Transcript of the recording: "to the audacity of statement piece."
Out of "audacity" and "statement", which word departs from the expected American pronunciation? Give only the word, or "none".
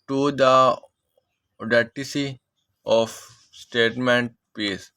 audacity